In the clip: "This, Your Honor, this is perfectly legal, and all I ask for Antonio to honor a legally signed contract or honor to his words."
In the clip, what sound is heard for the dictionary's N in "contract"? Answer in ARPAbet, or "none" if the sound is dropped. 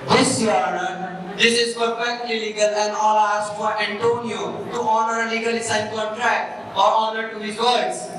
none